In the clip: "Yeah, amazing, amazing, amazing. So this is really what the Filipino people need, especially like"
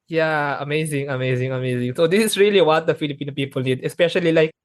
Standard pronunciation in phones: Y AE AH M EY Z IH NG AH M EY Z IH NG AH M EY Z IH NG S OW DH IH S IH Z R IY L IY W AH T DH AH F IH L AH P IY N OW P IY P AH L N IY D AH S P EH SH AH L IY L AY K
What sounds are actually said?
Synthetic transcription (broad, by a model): Y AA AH M EY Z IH NG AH M EY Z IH NG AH M EY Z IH NG S OW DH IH S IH S R IY L IY W AH T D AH F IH L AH P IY N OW P IY P AH L N IY D AH S P EH SH AH L IY L AY K